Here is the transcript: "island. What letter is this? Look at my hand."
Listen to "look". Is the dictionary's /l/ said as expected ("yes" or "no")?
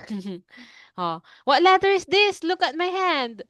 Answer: yes